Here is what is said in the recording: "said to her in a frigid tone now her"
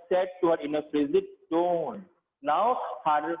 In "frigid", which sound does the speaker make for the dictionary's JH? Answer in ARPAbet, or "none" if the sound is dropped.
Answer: Z